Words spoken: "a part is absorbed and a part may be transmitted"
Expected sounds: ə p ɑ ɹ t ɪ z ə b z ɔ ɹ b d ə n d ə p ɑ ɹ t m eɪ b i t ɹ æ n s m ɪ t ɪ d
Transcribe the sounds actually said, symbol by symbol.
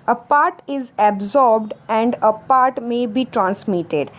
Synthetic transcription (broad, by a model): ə p ɑ ɹ t ɪ z ə b z ɔ ɹ b d ə n d ə p ɑ ɹ t m eɪ b i t ɹ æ n s m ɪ t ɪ d